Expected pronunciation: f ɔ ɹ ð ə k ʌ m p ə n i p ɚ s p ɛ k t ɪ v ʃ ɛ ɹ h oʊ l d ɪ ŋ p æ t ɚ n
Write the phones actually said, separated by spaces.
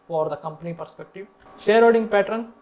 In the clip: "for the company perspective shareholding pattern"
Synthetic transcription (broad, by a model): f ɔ ɹ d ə k ʌ m p ə n i p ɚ s p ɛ k t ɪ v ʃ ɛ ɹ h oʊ d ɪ ŋ p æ t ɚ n